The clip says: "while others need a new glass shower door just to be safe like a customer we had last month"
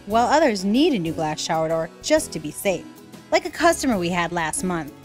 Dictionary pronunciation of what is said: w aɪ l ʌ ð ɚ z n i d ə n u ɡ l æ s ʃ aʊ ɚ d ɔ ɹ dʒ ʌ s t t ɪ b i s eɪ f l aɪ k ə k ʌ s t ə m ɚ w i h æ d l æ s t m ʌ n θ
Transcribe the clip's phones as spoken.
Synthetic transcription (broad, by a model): w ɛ l ʌ ð ɚ z n i d ə n u ɡ l æ s ʃ aʊ ɚ d ɔ ɹ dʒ ʌ s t t ɪ b i s eɪ f l aɪ k ə k ʌ s t ə m ɚ w i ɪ d l æ s t m ʌ n θ